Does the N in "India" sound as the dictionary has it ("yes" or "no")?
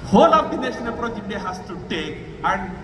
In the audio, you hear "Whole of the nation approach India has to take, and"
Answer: no